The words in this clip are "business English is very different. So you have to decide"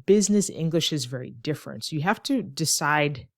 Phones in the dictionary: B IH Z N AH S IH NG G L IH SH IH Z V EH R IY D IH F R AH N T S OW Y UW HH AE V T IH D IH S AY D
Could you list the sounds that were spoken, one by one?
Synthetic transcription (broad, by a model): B IH Z N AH S IH NG G L IH SH IH Z V EH R IY D IH F R AH N T S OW Y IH HH AE F T IH D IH S AY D